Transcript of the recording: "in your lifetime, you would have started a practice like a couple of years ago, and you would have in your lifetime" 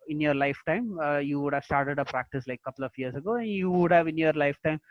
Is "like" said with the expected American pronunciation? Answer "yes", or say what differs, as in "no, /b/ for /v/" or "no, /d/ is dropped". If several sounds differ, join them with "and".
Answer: no, /k/ is dropped